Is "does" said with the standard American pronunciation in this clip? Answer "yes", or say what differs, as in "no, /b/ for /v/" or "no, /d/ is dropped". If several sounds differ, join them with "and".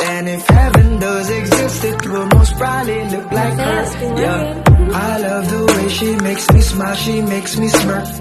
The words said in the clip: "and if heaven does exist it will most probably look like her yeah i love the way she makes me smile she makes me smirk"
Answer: yes